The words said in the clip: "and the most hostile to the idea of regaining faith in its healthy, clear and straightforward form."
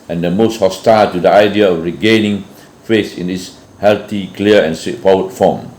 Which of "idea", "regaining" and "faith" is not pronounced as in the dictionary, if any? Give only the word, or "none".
faith